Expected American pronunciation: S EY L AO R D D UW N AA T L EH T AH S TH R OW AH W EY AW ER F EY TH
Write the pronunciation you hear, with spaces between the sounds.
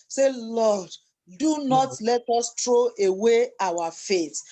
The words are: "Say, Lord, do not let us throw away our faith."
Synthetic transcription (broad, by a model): S EY L AO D D UW N AA T L EH T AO S T R OW AH W EY AW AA F EY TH